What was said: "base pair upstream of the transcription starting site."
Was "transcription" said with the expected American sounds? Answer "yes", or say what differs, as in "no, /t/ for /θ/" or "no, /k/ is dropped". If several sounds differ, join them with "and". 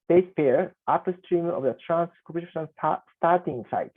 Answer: no, /p/ is dropped